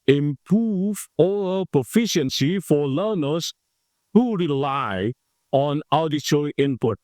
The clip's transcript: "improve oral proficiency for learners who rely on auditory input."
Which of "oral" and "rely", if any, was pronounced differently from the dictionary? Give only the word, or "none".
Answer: oral